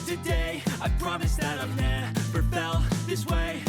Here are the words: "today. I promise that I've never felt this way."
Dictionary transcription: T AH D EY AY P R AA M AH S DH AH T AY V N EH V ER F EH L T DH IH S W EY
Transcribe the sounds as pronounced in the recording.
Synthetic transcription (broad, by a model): T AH D EY AY P R AA M AH S DH AH T AY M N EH P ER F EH L DH IH S W EY